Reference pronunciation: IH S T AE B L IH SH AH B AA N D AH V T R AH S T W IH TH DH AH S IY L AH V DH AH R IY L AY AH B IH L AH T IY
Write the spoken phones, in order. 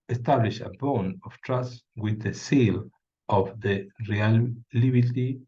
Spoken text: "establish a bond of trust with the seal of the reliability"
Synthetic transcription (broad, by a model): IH S T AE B L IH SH AH B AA N AH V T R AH S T W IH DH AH S IY L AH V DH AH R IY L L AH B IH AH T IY